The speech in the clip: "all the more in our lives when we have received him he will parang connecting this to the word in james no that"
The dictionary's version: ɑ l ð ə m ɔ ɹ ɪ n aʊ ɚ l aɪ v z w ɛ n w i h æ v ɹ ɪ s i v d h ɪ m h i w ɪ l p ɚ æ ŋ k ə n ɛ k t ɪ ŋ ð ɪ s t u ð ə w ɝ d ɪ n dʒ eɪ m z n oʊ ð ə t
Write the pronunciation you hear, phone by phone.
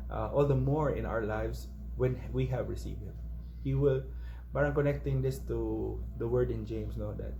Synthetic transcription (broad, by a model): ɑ l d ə m ɔ ɹ ɪ n aʊ ɚ l aɪ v s w ɛ n w i h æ v ɹ ɪ s i v d h ɪ m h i w ɪ l b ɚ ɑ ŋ k ə n ɛ k t ɪ ŋ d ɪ s t u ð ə w ɝ d ɪ n dʒ eɪ m s n oʊ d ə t